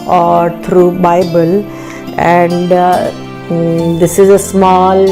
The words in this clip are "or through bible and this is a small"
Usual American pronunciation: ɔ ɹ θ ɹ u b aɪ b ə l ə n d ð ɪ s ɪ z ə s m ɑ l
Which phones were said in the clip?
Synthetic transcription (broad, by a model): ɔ ɹ t ɹ u b aɪ b ə l ə n d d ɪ s ɪ z ə s m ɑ l